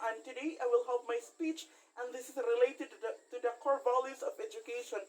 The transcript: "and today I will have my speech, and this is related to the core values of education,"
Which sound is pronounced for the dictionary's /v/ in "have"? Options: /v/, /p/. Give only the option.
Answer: /p/